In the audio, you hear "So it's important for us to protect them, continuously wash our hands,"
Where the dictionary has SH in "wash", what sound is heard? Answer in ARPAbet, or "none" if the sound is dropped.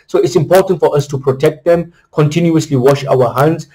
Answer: SH